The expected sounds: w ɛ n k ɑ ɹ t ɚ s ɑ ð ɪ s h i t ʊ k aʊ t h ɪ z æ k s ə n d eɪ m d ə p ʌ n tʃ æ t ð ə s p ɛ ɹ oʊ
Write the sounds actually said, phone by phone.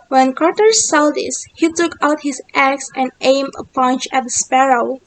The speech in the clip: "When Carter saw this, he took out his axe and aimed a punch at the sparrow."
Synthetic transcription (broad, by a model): w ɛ n k ɑ ɹ t ɚ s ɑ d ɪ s h i t ʊ k aʊ t h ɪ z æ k s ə n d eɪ m ə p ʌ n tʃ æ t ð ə s p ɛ ɹ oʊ